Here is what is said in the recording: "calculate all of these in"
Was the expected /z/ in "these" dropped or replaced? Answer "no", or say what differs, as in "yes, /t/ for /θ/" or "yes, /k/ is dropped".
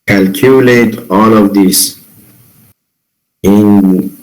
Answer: yes, /s/ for /z/